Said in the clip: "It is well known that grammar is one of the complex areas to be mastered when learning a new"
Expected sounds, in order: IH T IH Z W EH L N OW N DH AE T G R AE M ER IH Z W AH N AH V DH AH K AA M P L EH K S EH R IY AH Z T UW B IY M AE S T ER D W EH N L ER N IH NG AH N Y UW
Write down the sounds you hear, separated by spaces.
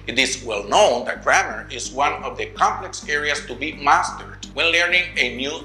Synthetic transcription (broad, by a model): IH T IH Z W EH L N OW N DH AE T G R AE M ER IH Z W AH N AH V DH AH K AA M P L EH K S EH R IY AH S T UW B IY M AE S T ER D W EH N L ER N IH NG AH N Y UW